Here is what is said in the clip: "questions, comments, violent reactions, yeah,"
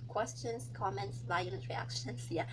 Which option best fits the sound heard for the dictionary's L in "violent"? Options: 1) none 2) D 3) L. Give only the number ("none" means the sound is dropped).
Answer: 1